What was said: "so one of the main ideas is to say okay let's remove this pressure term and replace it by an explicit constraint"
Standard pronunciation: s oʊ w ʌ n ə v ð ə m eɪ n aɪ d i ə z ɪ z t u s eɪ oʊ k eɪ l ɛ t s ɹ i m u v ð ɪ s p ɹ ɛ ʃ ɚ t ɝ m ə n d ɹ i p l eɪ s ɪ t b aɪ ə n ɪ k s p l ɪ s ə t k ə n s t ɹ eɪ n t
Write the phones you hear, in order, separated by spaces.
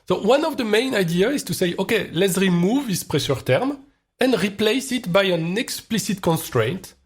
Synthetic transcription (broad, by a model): s oʊ w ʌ n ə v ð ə m eɪ n aɪ d i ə ɪ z t u s eɪ oʊ k eɪ l ɛ t s ɹ i m u v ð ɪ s p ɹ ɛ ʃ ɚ t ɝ m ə n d ɹ i p l eɪ s ɪ t b aɪ ə n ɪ k s p l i s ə t k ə n s t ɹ eɪ n t